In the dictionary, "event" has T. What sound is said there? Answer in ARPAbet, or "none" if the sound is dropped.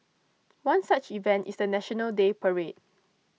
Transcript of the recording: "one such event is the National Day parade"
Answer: T